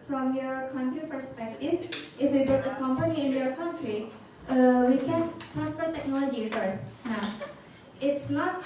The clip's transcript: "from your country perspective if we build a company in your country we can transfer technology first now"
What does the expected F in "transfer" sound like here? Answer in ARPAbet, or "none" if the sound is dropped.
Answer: P